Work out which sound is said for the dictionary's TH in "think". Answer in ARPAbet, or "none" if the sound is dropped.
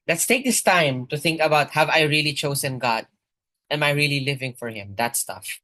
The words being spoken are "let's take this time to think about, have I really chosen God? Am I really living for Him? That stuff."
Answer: TH